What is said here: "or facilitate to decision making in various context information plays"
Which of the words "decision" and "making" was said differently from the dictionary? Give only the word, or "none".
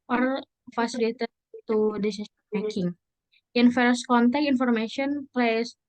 decision